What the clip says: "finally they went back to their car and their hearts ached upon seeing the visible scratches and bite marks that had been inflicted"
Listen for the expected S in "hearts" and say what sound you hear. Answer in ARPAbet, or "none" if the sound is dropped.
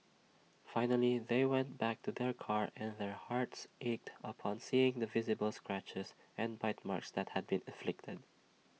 S